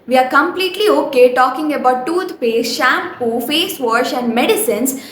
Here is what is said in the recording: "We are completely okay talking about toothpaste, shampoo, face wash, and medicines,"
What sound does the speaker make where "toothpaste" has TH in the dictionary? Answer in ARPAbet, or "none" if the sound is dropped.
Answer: T